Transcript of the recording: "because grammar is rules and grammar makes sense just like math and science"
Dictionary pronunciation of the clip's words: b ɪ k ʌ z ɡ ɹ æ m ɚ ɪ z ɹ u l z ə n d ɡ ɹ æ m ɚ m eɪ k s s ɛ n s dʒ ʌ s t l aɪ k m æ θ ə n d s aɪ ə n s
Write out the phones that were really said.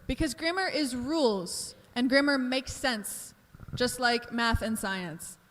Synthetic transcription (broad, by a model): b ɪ k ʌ z ɡ ɹ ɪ m ɚ ɪ z ɹ u l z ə n ɡ ɹ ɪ m ɚ m eɪ k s s ɛ n s dʒ ʌ s t l aɪ k m æ θ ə n s aɪ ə n s